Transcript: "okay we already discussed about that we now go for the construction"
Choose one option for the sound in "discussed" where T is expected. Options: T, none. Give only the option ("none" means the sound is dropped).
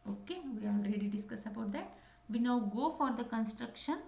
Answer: none